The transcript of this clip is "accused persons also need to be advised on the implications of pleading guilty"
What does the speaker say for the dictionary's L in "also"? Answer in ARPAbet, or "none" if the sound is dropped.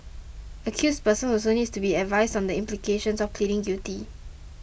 none